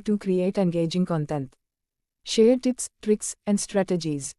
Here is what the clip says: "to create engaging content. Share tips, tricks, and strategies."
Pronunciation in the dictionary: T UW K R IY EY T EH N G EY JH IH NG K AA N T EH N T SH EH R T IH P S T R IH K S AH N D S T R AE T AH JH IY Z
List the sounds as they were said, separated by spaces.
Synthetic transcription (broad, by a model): T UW K R IY EY T EH N G EY JH IH NG K AA N T EH N T SH EH R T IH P S T R IH K S AH N D S T R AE T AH JH IY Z